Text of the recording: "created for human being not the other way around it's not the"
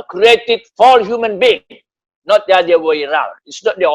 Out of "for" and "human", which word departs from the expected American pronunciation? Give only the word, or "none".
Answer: for